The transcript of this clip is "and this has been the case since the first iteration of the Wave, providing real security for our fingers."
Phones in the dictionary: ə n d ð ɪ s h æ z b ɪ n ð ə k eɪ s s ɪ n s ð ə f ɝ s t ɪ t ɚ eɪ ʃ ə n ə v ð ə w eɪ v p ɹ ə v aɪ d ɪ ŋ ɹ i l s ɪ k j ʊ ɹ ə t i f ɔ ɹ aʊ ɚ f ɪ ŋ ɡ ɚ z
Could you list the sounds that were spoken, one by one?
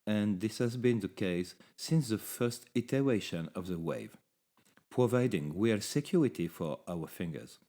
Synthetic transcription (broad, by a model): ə n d ð ɪ s h æ z b ɪ n ð ə k eɪ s s ɪ n s ð ə f ɝ s t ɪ t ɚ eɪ ʃ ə n ə v ð ə w eɪ v p ɹ ə v aɪ d ɪ ŋ w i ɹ s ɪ k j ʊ ɹ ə t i f ɔ ɹ aʊ ɚ f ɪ ŋ ɡ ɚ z